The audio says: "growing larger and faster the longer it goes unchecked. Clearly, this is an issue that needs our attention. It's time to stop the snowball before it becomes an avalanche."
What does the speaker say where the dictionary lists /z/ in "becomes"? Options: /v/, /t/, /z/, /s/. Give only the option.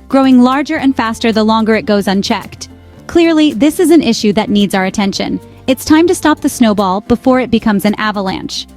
/z/